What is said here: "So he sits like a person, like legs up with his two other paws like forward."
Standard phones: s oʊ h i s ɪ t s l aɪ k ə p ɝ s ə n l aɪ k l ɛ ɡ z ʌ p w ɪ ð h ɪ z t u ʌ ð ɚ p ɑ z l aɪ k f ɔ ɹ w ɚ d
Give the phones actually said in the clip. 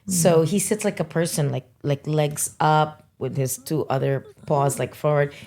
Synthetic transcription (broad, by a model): s oʊ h i s ɪ t s l aɪ k ə p ɝ s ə n l aɪ k l ɛ ɡ z ʌ p w ɪ ð ɪ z t u ʌ ð ɚ p ɑ z l aɪ k f ɔ ɹ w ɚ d